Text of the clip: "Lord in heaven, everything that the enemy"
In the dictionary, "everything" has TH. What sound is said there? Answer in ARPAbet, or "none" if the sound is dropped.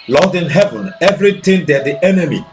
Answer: T